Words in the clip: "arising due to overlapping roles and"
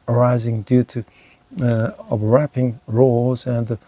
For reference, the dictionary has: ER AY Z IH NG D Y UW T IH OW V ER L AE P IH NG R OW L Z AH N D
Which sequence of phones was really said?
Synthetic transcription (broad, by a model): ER AY Z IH NG D Y UW T IH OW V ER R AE P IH NG R OW L Z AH N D